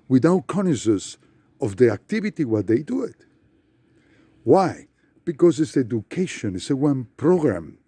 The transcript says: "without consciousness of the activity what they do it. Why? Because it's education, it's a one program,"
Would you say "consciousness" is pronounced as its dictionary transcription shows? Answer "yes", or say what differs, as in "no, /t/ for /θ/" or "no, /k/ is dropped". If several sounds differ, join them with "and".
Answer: no, /ʃ/ is dropped and /n/ is dropped